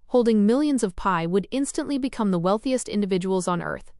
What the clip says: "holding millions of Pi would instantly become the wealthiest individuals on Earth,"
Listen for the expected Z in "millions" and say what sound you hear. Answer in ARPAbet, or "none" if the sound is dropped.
Z